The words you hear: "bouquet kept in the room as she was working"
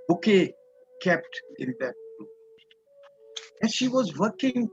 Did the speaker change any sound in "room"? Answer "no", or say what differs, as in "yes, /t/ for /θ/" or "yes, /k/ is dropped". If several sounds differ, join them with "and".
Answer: yes, /m/ is dropped